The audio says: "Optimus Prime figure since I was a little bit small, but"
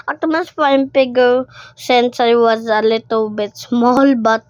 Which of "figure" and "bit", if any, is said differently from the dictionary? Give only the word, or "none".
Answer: figure